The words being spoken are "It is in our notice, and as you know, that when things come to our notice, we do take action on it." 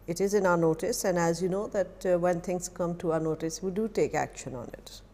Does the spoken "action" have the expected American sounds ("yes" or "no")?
yes